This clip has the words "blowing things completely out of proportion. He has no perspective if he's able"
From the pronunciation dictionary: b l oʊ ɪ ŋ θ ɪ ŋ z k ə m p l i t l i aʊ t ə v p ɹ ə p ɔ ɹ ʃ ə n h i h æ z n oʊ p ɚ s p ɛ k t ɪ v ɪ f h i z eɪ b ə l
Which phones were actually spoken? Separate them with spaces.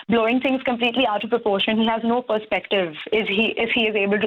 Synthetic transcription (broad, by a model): b l oʊ ɪ ŋ t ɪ ŋ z k ə m p l i t l i aʊ t ə v p ɹ ə p ɔ ɹ ʃ ə n h i h æ z n oʊ p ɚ s p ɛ k t ɪ v ɪ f h i z eɪ b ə l